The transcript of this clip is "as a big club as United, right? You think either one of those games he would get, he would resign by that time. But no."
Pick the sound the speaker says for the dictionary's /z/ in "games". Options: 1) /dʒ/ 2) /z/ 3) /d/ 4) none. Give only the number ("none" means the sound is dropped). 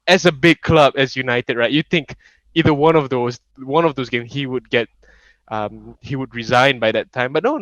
4